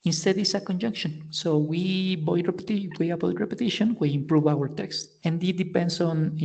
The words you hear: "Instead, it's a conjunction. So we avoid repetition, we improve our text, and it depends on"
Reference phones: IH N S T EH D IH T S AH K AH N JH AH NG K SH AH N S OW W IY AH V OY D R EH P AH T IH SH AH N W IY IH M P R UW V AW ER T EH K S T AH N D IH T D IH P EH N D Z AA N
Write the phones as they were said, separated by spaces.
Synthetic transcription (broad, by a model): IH N S T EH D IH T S AH K AH N JH AH NG K SH AH N S OW W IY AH W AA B R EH P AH T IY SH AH N W IY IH M P R UW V AW ER T EH K S T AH N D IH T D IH P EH N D S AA N